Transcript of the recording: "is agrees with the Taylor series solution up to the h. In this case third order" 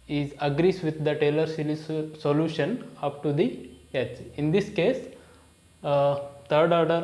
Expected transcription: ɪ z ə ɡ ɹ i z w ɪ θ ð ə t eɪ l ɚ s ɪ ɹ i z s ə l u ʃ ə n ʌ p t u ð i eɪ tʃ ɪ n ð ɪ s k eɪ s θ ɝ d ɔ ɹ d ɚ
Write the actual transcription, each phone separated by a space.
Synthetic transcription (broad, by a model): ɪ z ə ɡ ɹ i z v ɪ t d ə t eɪ l ɚ s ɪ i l s ə l u ʃ ə n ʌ p t u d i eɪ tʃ ɪ n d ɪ s k eɪ s t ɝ d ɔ ɹ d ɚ